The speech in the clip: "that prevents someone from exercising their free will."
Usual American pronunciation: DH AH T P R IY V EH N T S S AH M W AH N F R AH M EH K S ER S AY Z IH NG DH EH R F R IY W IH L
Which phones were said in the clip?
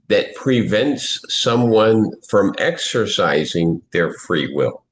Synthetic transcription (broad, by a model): DH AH T P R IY V EH N T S S AH M W AH N F R AH M EH K S ER S AY Z IH NG DH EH R F R IY W IH L